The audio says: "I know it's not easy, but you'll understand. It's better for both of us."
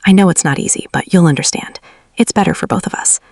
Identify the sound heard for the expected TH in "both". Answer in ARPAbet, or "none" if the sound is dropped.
TH